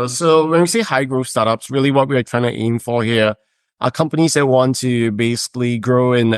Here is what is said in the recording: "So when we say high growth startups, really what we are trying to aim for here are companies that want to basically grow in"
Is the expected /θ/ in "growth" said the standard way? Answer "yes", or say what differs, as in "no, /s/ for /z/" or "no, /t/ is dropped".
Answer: no, /f/ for /θ/